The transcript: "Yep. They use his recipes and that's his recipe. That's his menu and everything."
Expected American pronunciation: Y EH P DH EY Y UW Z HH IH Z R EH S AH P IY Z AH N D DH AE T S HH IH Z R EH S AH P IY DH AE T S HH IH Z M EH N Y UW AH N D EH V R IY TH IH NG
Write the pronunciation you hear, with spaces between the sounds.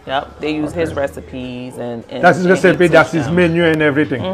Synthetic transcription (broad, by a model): Y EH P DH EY Y UW Z HH IH Z R EH S AH P IY Z AH N D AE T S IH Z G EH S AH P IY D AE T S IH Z M EH N Y UW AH N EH V R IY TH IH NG